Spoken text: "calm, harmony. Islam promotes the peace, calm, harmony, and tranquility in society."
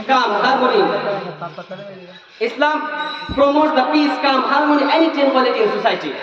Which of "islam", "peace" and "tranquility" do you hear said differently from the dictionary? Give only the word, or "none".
tranquility